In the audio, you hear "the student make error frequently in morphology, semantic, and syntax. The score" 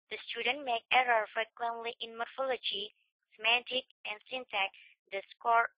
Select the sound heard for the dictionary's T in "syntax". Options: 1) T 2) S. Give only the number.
2